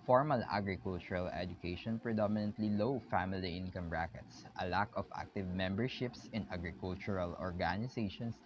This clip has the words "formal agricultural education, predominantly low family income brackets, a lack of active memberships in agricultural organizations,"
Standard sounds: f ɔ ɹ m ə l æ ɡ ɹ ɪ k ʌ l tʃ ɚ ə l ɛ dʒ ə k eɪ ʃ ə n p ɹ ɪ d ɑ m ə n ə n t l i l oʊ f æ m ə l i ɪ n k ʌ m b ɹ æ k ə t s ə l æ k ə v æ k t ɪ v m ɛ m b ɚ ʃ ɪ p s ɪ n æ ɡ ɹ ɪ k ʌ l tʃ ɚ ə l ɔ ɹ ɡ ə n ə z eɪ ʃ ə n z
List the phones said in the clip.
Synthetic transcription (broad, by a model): f ɔ ɹ m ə l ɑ ɡ ɹ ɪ k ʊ l tʃ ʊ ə l ɛ dʒ ə k eɪ ʃ ə n p ɹ ɪ d ɑ m ə n ə n t l i l oʊ f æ m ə l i ɪ n k ʌ m ɹ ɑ k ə t s ə l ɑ k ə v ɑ k t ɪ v m ɛ m b ɚ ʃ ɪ p s ɪ n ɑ ɡ ɹ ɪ k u l tʃ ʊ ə l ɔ ɹ ɡ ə n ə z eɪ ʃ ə n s